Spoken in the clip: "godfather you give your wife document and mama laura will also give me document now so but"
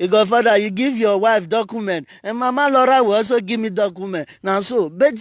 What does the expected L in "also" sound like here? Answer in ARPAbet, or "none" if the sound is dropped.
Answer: none